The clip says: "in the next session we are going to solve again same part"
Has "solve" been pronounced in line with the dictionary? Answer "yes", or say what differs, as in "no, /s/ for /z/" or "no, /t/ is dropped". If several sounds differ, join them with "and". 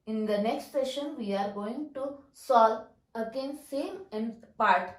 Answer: no, /v/ is dropped